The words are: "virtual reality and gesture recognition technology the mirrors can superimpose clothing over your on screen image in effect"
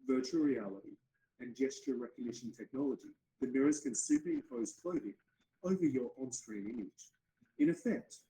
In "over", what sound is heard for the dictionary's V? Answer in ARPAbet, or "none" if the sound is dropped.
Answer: V